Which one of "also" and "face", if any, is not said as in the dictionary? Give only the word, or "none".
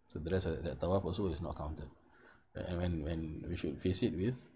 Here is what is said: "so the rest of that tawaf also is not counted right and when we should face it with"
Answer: also